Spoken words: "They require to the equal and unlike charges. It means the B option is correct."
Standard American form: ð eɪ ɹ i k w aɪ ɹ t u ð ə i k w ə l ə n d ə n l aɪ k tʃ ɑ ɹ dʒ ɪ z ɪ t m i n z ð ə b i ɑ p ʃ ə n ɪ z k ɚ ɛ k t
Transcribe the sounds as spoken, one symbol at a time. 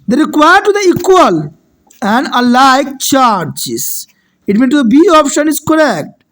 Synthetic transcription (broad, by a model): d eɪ ɹ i k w aɪ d t u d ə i k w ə l ə n d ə l aɪ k tʃ ɑ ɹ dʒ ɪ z ɪ t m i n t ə b i ɑ p ʃ ə n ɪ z k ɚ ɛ k t